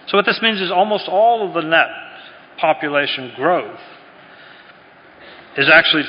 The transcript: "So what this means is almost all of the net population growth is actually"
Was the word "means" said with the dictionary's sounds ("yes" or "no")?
yes